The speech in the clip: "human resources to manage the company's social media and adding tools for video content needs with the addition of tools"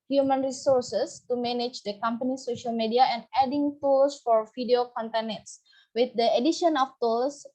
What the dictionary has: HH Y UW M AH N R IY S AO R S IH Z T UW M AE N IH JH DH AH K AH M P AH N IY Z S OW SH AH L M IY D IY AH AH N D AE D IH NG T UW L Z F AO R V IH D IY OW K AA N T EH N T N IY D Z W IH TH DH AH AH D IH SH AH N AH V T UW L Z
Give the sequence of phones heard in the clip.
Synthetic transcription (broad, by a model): HH Y UW M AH N R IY S AO R S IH S T UW M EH N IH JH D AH K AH M P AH N IY S OW SH AH L M IY D IY AH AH N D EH D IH NG T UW L S F AO R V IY D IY OW K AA N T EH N N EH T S W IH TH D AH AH D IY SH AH N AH F T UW L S